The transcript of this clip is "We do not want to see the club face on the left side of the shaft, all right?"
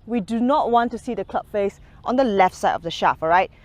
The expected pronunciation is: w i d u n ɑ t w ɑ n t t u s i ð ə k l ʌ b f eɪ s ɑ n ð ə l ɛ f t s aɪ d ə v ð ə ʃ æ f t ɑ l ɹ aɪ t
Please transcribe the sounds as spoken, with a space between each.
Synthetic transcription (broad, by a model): w i d u n ɑ t w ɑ n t t u s i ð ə k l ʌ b f eɪ s ɑ n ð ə l ɛ f t s aɪ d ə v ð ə ʃ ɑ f ɑ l ɹ aɪ t